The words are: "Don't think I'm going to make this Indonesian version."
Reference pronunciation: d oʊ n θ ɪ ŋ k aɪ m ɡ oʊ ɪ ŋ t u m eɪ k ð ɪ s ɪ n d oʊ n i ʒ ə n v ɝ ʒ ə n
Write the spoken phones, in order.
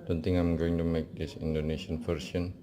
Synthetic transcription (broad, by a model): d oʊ n t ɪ ŋ aɪ m ɡ oʊ ɪ ŋ t u m eɪ k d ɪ s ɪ n d oʊ n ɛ ʃ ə n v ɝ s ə n